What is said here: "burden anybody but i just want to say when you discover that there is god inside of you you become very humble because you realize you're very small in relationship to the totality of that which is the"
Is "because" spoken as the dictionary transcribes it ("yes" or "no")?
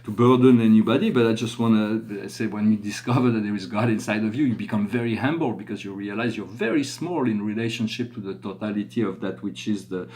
yes